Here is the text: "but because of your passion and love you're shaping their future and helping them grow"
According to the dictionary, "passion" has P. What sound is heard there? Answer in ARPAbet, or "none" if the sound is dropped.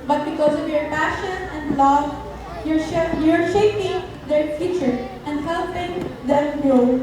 P